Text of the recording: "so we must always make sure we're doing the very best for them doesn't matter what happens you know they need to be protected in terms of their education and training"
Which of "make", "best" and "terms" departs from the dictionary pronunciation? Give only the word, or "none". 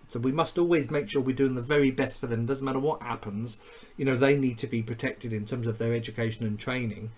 none